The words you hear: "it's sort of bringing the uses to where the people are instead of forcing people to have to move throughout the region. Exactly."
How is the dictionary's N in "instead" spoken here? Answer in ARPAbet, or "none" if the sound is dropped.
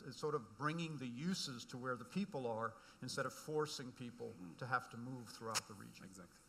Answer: N